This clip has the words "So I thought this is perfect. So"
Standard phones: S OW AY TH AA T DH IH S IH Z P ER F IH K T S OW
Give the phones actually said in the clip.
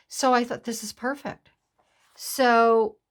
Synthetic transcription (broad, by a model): S OW AY TH AA T DH IH S IH Z P ER F IH K T S OW